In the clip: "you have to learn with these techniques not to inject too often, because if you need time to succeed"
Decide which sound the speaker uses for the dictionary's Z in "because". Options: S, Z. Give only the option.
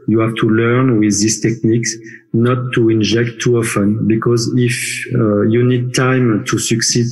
Z